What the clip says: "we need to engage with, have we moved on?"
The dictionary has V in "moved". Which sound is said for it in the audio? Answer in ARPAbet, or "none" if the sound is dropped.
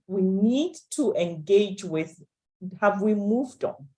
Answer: V